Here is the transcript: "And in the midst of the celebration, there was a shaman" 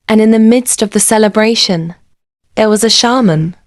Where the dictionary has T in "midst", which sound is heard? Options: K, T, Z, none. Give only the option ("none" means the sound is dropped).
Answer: T